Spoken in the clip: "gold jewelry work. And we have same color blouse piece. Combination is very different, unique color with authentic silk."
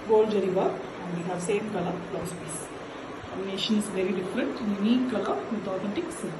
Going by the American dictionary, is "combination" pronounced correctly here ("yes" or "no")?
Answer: no